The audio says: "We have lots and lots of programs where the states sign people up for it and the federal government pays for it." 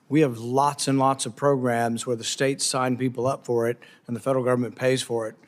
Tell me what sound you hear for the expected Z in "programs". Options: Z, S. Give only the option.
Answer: Z